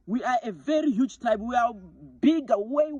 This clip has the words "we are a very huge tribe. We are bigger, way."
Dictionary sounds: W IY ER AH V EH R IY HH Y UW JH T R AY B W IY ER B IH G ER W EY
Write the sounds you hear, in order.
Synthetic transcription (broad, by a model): W IY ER AH V EH R IY HH Y UW JH T AY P W IY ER B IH G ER W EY